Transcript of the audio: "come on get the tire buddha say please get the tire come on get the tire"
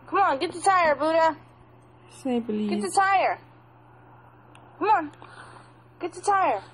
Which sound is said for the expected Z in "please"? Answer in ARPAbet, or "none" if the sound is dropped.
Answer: none